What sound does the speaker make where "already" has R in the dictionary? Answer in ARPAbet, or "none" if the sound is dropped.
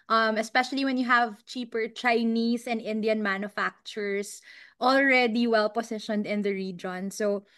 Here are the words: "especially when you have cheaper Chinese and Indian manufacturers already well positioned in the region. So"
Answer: R